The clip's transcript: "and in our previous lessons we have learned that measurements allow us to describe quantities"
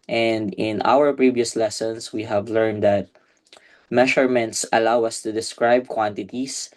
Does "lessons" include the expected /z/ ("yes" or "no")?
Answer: no